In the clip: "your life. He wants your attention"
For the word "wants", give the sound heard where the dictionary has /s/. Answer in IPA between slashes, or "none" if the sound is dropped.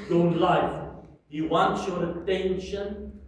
none